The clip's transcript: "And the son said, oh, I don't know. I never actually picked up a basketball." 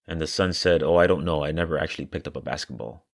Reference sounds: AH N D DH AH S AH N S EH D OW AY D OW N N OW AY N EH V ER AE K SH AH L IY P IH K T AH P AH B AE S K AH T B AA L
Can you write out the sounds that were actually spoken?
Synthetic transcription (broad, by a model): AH N DH AH S AH N S EH D OW AY D OW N N OW AY N EH V ER AE K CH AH L IY P IH K T AH P AH B AE S K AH T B AA L